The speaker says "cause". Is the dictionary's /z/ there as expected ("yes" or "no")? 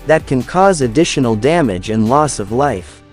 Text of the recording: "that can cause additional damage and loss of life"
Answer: yes